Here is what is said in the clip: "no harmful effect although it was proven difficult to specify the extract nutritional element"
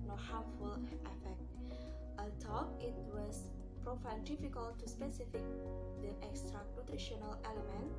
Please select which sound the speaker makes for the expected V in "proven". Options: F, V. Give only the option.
F